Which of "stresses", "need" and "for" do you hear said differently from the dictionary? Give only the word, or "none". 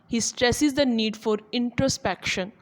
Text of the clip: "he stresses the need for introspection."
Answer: none